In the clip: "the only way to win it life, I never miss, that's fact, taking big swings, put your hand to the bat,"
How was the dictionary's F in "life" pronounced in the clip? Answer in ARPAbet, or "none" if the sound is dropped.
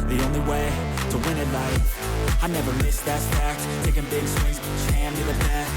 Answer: none